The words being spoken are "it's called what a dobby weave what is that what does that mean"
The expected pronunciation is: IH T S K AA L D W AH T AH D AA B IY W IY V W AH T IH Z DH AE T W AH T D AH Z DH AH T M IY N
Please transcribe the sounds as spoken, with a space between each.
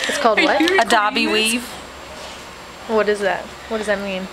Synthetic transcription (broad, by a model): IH T S K AA L D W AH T AH D AA B IY W IY V W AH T IH Z DH AE T W AH T D AH Z DH AH T M IY N